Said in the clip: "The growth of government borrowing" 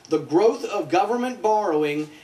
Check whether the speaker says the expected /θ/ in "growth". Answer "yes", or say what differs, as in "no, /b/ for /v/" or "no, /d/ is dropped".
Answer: yes